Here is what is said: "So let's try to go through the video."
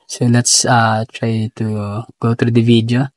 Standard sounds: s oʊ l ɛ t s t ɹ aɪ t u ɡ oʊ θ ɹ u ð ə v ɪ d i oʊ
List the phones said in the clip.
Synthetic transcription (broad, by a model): s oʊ l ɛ t s t ɹ aɪ t u ɡ oʊ t ɹ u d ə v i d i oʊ